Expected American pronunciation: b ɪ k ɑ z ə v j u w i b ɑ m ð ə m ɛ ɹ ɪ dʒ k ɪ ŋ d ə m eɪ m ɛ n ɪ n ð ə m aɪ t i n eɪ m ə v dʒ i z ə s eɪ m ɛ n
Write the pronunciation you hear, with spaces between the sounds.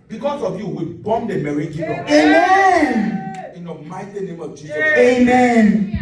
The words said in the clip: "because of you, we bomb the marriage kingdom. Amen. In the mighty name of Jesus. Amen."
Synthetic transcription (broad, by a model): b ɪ k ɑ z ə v j u w i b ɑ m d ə m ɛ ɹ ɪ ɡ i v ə eɪ m ɛ n ɪ n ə m aɪ t i n eɪ m ə v dʒ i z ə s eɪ m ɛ n